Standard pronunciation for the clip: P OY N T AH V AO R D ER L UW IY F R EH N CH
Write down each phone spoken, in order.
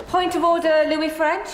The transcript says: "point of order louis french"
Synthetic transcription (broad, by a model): P OY N T AH V AO D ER L UW IY F R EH N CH